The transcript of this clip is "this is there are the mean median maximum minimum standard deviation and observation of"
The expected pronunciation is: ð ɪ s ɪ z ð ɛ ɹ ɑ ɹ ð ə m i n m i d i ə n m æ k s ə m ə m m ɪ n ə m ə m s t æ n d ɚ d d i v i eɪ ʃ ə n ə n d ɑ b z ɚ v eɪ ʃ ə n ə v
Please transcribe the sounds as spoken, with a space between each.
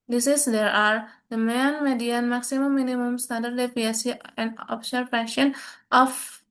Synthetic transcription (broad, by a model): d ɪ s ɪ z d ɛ ɹ ɑ ɹ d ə m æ n m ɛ d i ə n m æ k s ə m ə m m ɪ n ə m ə m s t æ n d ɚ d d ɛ p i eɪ s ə ə n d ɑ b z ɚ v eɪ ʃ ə n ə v